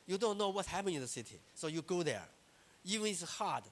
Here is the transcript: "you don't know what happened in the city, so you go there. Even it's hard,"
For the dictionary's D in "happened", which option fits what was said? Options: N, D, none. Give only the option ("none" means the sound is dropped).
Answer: none